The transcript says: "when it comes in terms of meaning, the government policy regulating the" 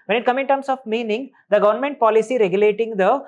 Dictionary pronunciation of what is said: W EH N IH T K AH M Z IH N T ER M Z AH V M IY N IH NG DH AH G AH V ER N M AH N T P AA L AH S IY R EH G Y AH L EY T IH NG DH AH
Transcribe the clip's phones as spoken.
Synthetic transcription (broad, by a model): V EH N IH T K AH M IH N T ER M S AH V M IY N IH NG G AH G AH V ER N M AH N T P AA L AH S IY R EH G Y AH L EY T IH NG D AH